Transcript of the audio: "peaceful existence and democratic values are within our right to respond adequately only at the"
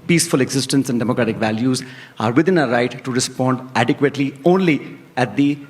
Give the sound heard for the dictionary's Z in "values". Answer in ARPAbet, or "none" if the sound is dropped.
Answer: Z